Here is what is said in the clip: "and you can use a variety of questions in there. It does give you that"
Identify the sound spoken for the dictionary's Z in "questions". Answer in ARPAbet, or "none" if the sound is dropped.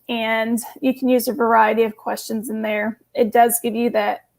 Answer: Z